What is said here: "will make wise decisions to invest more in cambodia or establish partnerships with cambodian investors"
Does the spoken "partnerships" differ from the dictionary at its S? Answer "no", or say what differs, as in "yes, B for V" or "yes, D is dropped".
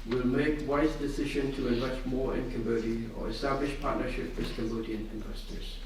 yes, S is dropped